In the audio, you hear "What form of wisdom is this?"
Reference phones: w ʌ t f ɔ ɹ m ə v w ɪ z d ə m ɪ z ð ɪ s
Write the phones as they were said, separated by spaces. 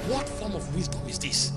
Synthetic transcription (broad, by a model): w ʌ t f ɔ ɹ m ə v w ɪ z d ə ɪ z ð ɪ s